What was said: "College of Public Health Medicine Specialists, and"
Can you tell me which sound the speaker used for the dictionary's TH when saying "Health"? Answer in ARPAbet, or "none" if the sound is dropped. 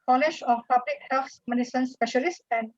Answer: S